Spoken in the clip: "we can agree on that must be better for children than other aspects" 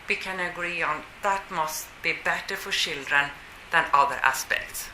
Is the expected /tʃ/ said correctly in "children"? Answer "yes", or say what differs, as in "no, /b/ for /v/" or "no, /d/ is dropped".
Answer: no, /ʃ/ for /tʃ/